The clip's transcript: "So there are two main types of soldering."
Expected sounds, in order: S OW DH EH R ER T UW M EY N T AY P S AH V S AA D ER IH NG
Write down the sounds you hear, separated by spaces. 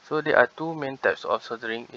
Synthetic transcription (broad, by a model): S OW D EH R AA T UW M EY N T AY P S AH F S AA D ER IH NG